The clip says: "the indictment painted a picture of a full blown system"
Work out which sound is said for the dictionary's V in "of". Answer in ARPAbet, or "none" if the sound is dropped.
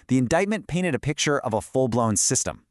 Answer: V